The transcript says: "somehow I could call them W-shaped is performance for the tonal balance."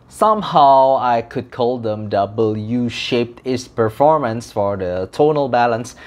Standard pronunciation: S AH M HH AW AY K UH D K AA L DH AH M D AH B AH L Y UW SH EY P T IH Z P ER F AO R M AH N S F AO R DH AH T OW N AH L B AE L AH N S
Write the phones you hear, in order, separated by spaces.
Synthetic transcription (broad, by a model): S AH M HH AW AY K UH D K AA L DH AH M D AH B AH L Y UW SH EY P T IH S P ER F AO R M AH N S F AO R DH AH T OW N AH L B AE L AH N S